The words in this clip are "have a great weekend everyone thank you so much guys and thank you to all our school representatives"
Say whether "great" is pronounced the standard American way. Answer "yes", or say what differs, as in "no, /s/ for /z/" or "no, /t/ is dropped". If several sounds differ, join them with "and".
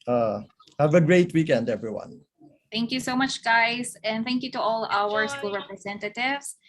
yes